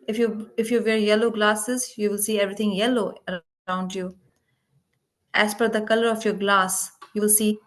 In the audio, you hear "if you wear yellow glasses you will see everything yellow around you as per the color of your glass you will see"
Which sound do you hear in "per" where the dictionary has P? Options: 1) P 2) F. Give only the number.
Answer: 2